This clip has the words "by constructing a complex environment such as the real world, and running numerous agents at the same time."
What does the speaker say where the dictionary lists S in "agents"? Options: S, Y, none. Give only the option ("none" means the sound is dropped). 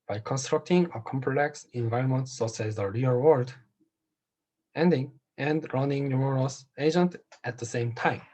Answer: none